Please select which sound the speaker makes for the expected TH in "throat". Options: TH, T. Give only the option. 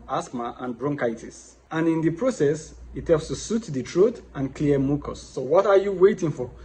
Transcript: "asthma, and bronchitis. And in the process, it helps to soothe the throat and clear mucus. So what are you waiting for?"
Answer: T